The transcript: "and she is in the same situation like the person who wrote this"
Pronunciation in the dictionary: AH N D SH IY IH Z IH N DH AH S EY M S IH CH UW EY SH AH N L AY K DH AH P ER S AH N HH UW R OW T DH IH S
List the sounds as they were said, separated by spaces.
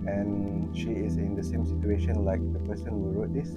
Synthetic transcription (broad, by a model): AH N SH IY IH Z IH N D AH S EY M S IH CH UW EY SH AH N L AY K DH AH P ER S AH N HH UW R OW T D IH S